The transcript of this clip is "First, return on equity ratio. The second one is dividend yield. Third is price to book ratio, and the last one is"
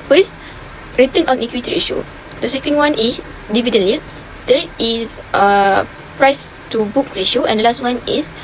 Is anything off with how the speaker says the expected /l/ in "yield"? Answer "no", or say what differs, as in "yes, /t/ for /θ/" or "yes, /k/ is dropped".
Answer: yes, /l/ is dropped